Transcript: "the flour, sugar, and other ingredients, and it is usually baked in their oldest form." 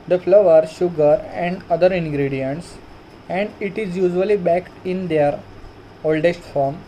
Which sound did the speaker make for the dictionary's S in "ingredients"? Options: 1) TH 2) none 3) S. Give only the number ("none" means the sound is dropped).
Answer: 3